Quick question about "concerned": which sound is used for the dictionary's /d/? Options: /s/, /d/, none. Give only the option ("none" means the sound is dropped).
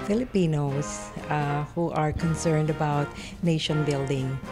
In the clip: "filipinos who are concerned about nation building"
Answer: /d/